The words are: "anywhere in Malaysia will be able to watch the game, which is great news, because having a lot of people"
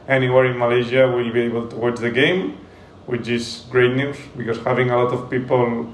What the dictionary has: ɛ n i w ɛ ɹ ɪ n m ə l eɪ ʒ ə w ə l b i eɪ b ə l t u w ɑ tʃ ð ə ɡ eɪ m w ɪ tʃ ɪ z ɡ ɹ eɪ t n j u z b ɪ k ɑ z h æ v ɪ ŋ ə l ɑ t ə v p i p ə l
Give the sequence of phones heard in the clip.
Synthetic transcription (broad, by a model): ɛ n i w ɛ ɹ ɪ n m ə l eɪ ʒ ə w ə l b i eɪ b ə l t u w ɑ tʃ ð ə ɡ eɪ m w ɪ tʃ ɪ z ɡ ɹ eɪ t n j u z b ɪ k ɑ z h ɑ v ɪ ŋ ə l ɑ t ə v p i p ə l